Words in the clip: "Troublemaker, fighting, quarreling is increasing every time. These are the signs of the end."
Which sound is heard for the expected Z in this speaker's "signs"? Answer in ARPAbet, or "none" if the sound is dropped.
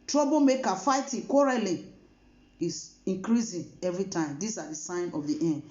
none